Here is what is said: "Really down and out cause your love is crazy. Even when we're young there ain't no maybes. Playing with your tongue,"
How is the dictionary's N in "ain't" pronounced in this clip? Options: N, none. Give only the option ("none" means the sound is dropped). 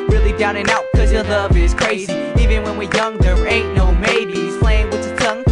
none